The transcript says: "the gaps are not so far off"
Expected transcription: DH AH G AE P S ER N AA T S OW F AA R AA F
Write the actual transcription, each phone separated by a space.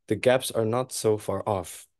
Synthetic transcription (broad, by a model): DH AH G AE P S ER N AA T S OW F AA R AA F